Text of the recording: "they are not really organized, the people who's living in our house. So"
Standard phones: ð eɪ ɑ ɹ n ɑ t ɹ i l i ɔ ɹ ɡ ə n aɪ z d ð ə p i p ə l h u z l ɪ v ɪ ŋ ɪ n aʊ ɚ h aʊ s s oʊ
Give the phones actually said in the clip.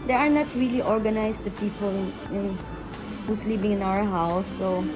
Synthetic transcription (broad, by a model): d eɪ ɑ ɹ n ɑ t ɹ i l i ɔ ɹ ɡ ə n aɪ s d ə p i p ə l h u s l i b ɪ ŋ ɪ n aʊ ɚ h aʊ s s oʊ